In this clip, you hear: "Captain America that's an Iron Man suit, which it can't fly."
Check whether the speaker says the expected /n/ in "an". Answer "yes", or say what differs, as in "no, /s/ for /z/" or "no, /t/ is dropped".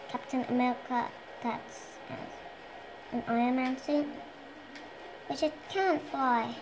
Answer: yes